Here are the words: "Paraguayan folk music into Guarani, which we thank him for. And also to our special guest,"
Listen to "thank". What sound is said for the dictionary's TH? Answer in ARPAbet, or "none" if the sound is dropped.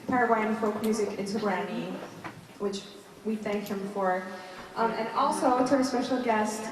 TH